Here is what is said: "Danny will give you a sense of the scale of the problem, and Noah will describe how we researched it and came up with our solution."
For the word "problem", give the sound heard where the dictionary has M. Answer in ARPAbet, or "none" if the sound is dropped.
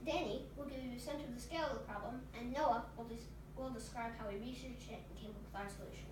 M